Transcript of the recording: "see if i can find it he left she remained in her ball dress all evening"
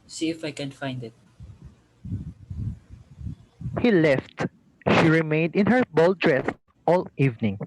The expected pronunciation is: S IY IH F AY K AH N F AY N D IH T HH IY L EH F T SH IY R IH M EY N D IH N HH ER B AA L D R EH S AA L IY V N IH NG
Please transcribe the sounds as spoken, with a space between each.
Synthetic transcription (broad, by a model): S IY IH F AY K AH N F AY N D IH T HH IY L EH F T SH IY R IH M EY N D IH N HH ER B AA L D R EH S AA L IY V N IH NG